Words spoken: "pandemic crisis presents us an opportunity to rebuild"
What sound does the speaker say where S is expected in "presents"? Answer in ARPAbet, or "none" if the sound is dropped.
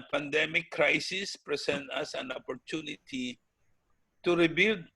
none